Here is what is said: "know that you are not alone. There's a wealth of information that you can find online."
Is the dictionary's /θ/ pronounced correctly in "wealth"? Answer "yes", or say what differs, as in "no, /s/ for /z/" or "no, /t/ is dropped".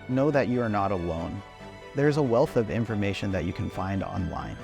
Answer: yes